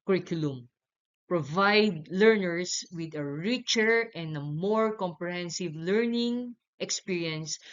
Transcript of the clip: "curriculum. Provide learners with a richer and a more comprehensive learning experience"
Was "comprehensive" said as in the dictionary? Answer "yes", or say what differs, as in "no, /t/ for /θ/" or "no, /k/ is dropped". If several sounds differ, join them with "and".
yes